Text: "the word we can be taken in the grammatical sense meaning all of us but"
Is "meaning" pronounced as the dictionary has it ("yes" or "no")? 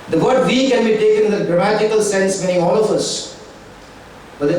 no